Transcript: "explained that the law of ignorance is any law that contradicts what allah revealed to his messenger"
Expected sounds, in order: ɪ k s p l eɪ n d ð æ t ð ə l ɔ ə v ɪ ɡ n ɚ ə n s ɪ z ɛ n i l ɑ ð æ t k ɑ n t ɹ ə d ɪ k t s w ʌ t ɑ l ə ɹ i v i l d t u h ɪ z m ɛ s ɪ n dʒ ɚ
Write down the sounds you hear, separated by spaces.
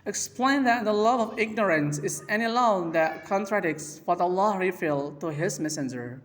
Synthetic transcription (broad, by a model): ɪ k s p l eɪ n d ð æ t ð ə l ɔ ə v ɪ ɡ n ɚ ə n s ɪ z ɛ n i l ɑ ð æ t k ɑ n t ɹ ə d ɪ k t s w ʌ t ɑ l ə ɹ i f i l t u h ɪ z m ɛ s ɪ n dʒ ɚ